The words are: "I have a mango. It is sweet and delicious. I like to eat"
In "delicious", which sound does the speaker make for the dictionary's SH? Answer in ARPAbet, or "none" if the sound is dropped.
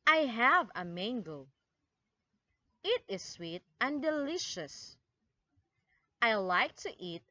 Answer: SH